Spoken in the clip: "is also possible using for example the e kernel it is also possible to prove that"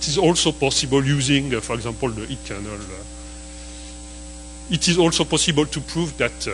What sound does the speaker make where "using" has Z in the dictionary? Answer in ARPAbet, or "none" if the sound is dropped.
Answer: Z